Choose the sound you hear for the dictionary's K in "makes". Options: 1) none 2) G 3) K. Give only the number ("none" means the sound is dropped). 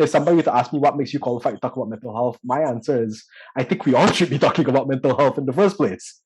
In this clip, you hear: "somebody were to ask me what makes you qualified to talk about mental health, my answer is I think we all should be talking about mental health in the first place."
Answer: 3